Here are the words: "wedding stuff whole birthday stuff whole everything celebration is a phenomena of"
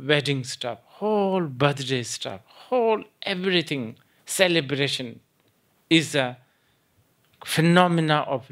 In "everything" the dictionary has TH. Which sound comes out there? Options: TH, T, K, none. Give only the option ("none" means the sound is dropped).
T